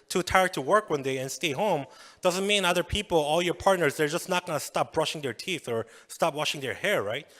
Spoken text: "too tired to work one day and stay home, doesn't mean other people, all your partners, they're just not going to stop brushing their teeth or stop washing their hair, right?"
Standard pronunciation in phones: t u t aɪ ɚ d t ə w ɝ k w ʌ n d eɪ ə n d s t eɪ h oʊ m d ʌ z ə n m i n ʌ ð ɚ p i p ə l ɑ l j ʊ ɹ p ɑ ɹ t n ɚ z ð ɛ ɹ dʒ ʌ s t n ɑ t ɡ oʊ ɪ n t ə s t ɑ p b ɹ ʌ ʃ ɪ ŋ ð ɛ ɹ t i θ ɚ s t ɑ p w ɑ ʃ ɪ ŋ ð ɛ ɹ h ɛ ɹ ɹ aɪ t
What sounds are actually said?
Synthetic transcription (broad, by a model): t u t aɪ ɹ t ə w ɝ k w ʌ n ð eɪ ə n s t eɪ h oʊ m d ʌ z ə n m i n ʌ ð ɚ p i p l ɑ l j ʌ ɹ p ɑ ɹ t n ɚ z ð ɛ ɹ dʒ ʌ s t n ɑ t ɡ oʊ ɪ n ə s t ɑ p b ɹ ʌ ʃ ɪ ŋ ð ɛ ɹ t i θ ɚ s t ɑ p w ɑ ʃ ɪ ŋ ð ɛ ɹ h ɛ ɹ ɹ aɪ t